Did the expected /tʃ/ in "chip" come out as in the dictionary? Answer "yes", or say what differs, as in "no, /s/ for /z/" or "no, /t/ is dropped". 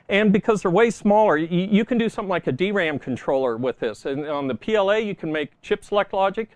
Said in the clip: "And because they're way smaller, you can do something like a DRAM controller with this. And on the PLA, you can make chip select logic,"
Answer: yes